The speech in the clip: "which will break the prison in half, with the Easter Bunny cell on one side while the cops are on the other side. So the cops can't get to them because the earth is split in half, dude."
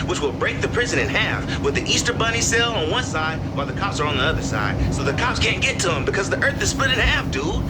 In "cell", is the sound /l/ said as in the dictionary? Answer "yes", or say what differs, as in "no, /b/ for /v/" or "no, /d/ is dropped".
yes